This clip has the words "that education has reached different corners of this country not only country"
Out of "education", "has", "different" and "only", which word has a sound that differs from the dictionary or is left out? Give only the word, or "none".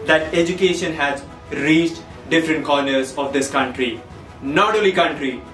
only